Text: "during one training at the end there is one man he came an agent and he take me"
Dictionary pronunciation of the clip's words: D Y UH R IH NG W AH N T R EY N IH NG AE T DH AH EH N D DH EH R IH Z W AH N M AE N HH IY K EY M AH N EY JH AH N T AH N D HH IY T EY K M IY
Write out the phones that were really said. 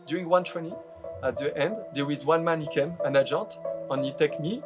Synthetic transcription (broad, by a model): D Y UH R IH NG W AH N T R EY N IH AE T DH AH EH N D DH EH W IH Z W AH N M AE N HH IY K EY M AH N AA JH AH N T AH N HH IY T EY K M IY